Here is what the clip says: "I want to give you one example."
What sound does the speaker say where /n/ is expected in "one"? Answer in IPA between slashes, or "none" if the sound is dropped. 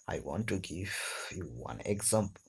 /n/